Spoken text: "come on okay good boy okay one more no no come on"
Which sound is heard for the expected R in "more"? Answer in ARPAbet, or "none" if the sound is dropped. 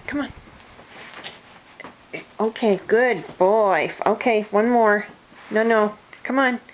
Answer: R